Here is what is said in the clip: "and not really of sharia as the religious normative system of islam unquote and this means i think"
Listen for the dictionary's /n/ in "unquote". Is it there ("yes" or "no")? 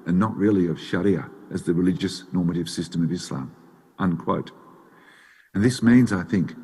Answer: yes